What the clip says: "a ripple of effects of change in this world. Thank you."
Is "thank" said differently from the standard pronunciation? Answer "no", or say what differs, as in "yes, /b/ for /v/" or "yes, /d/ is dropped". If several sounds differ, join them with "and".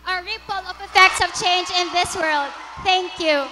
yes, /t/ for /θ/